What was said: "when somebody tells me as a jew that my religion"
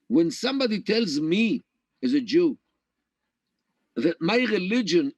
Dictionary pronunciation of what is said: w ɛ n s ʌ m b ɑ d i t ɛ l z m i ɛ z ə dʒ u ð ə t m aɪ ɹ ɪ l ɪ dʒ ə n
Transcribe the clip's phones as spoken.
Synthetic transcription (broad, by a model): w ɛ n s ʌ m b ɑ d i t ɛ l z m i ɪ z ə dʒ u ð ə t m aɪ ɹ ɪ l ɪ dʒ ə n